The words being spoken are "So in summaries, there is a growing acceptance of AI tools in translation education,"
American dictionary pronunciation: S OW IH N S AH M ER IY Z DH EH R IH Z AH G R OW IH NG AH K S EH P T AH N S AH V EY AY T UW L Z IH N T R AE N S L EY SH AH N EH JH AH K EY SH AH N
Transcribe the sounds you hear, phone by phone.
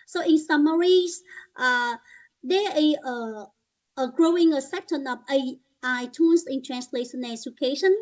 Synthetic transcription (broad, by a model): S OW IH N S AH M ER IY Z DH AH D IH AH AH G R OW IH NG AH S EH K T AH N AH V EY AY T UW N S IH N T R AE N S L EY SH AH N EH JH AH K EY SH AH N